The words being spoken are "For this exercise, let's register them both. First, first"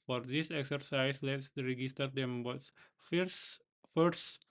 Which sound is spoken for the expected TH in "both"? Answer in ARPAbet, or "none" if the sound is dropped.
S